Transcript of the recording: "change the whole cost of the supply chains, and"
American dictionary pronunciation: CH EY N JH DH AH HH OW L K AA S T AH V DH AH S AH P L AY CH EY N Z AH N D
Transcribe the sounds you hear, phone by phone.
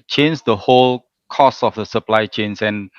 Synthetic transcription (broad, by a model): CH EY N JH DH AH HH OW L K AA S AH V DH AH S AH P L AY CH EY N S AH N